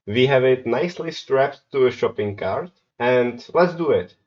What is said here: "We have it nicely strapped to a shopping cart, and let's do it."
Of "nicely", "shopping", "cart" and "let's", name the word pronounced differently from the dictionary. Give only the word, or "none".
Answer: none